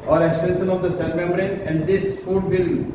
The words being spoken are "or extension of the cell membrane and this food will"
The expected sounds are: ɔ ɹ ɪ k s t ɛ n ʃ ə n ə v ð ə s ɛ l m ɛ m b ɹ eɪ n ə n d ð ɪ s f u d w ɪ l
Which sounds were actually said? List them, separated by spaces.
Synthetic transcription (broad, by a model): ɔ ɹ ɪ k s t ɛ n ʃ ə n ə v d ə s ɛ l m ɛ m ɹ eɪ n ə n d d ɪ s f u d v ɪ l